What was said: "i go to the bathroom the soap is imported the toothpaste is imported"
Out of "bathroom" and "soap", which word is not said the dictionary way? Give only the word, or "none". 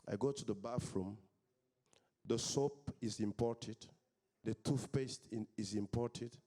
bathroom